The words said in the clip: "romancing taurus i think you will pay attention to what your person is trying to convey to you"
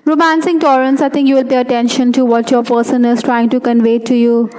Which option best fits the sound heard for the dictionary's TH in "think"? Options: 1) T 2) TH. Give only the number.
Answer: 1